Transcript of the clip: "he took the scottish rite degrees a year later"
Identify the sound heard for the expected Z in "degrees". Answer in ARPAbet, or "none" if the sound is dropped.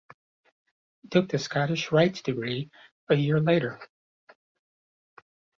none